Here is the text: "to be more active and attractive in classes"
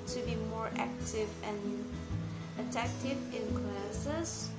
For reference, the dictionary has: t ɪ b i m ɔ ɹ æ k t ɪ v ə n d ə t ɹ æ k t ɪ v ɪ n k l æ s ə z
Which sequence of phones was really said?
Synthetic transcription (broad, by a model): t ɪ b i m ɔ ɹ æ k t ɪ v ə n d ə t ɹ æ k t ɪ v ɪ n k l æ s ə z